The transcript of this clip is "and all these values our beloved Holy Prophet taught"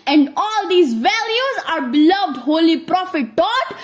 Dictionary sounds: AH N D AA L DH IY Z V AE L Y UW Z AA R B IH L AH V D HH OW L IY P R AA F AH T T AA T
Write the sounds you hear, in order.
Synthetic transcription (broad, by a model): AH N D AA L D IY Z V AE L Y UW Z AA R B IH L AH V D HH OW L IY P R AA F AH T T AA T